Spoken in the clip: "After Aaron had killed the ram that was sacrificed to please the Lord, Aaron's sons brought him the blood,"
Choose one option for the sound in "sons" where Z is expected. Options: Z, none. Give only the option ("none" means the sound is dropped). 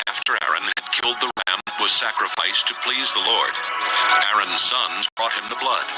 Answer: Z